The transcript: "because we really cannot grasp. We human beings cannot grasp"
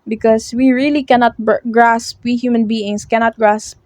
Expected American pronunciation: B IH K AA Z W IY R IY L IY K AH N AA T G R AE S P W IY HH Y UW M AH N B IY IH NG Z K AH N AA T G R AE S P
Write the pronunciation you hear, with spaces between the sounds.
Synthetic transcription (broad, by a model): B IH K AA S W IY R IY L IY K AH N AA T G R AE S P W IY HH Y UW M AH N B IY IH NG S K AH N AA T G R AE S P